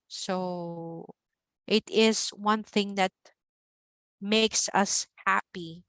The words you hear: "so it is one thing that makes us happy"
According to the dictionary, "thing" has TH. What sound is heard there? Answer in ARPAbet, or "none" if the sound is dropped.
TH